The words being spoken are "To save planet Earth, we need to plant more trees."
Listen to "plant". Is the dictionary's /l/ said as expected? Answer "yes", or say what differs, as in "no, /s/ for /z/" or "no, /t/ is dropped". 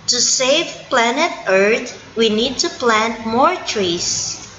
yes